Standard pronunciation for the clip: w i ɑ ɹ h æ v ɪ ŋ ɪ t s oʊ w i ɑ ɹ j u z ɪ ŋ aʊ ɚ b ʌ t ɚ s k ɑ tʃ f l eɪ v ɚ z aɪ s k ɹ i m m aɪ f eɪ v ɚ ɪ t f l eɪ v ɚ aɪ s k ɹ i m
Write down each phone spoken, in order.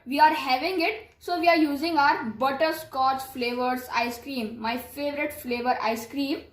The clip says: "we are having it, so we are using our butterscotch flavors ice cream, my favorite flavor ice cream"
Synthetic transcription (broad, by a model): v i ɑ ɹ h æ v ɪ ŋ ɪ t s oʊ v i ɑ ɹ j u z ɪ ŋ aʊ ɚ b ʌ t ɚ s k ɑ s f l eɪ v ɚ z aɪ s k ɹ i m m aɪ f eɪ v ɚ ɪ t f l eɪ v ɚ aɪ s k ɹ i m